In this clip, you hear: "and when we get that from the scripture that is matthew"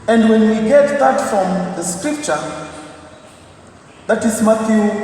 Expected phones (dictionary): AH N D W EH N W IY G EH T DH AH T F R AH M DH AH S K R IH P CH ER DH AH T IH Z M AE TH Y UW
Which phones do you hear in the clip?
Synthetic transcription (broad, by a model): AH N D W EH N W IY G EH T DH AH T F R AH M DH AH S K R IH P CH ER DH AH T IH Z M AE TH Y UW